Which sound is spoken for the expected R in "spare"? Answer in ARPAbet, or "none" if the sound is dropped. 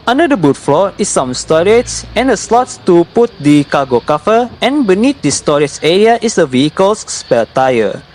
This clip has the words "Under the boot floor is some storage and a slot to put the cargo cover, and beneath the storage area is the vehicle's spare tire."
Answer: L